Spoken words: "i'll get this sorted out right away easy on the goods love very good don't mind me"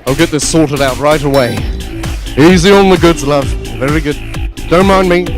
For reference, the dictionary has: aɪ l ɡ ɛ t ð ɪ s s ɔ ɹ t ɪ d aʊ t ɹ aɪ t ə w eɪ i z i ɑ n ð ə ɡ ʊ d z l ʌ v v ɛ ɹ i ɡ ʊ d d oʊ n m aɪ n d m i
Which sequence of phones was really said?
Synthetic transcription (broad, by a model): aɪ l ɡ ɛ t ð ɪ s s ɔ ɹ t ɪ d aʊ t ɹ aɪ t ə w eɪ i z i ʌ n ð ə ɡ ʊ d z l ʌ v v ɛ ɹ i ɡ ʊ d d oʊ n m aɪ n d m i